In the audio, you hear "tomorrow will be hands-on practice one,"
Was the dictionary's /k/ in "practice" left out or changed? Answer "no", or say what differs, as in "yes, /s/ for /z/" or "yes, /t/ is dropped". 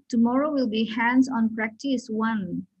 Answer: no